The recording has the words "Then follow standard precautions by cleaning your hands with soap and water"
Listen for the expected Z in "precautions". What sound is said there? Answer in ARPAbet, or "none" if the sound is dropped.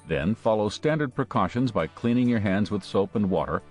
Z